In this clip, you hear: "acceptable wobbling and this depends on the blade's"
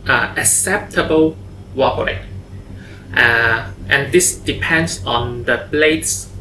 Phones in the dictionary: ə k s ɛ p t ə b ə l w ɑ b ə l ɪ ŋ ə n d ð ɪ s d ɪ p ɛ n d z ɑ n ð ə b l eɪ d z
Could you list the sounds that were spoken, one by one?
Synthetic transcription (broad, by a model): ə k s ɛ p t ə b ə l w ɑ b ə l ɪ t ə n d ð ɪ s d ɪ p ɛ n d s ɑ n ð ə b l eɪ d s